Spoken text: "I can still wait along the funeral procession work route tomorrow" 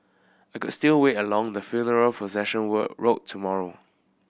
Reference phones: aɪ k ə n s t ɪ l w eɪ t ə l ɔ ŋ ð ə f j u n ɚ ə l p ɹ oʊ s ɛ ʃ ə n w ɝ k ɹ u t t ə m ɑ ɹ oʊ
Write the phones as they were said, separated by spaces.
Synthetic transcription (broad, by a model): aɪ k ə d s t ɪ l w eɪ t ə l ɔ ŋ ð ə f j u n ɚ ə l p oʊ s ɛ ʃ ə n w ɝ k ɹ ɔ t t ə m ɑ ɹ oʊ